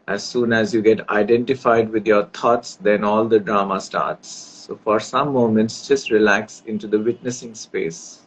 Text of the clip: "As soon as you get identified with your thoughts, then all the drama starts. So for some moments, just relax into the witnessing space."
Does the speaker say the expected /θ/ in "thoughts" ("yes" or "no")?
no